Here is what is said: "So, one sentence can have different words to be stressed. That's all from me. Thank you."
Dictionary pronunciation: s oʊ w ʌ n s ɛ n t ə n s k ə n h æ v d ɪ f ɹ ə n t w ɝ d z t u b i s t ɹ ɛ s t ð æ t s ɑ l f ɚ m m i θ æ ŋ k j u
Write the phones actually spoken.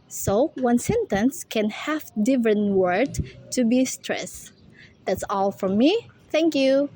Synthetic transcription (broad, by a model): s oʊ w ʌ n s ɛ n t ə n s k ə n h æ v d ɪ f ɹ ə n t w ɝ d t u b i s t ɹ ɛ s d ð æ t s ɑ l f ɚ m m i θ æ ŋ k j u